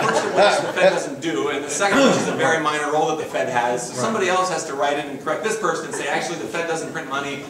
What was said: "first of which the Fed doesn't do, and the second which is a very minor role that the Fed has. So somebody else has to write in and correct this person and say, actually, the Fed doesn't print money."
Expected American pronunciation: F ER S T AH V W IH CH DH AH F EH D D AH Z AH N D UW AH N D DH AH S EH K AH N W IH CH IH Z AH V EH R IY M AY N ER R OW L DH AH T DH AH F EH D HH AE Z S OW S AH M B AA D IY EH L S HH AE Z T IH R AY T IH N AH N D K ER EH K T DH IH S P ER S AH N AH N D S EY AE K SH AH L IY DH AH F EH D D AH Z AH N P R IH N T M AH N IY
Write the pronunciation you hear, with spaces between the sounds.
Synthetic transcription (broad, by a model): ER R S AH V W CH DH AH F EH D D AH Z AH N D UW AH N DH AH S EH K AH N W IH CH IH Z AH V EH R IY M AY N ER R OW L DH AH T DH AH F EH D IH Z S OW S AH M B AA D IY EH L S HH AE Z T IH R AY T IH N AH N K ER EH K T DH IH S P ER S AH N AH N S EY AE K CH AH L IY DH AH F EH D D AH Z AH N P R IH N M AH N IY